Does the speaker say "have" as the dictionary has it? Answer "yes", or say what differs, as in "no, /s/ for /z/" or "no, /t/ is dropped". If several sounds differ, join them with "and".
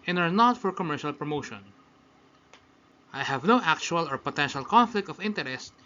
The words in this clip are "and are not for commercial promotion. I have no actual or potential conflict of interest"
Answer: yes